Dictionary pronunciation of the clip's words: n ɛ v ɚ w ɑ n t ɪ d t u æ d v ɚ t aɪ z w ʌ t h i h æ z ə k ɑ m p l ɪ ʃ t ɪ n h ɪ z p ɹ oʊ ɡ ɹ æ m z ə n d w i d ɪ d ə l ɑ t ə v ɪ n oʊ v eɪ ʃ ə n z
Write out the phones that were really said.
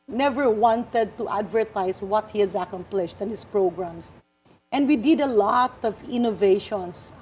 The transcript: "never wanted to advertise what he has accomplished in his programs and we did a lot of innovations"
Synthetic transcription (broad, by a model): n ɛ v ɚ w ɑ n t ɪ d t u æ d v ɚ t aɪ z w ʌ t h i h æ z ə k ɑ m p l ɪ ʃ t ɪ n h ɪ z p ɹ oʊ ɡ ɹ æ m s ə n d w i d ɪ d ə l ɑ t ə v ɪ n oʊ v eɪ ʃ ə n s